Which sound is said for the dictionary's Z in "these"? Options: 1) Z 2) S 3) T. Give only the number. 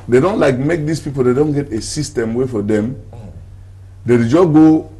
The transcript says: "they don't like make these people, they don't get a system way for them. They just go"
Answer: 2